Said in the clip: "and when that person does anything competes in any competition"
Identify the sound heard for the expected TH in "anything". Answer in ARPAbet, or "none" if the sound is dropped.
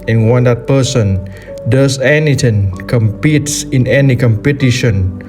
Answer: T